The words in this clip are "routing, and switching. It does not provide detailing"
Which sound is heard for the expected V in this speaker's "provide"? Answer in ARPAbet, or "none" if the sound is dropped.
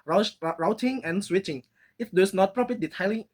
P